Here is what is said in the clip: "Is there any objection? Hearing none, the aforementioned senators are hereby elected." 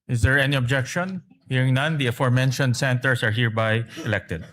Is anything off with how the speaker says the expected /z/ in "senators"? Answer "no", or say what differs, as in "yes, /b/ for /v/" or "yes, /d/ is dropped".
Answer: yes, /s/ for /z/